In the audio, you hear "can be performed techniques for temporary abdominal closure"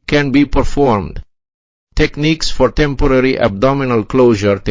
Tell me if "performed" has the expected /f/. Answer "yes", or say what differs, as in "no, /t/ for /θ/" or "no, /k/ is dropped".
yes